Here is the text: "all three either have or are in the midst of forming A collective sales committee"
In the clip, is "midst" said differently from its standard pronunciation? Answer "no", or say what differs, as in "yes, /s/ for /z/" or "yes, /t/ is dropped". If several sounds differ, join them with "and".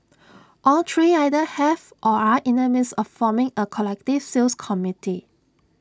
yes, /t/ is dropped